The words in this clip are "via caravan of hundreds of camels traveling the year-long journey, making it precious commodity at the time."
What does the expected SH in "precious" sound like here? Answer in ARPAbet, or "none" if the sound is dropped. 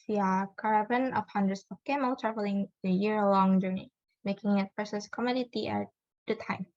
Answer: S